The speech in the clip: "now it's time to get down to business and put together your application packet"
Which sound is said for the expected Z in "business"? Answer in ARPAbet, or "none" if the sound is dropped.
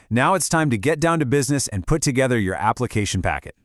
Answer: Z